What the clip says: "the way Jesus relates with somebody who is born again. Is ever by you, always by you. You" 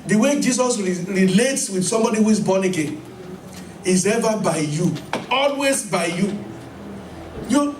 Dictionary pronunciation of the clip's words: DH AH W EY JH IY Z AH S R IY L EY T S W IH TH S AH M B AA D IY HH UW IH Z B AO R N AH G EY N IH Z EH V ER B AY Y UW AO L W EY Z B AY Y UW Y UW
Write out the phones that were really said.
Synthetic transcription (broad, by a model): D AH W EY JH IY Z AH S R IY L EY T S W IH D S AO M B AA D IY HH UW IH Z B AO N AH G EY N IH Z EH V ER B AY Y UW AO L W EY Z B AY Y UW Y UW